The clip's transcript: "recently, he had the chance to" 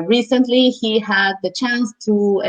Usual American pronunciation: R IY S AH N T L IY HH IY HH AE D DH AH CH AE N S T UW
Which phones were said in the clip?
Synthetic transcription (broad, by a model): R IY S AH N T L IY HH IY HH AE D DH AH CH AE N S T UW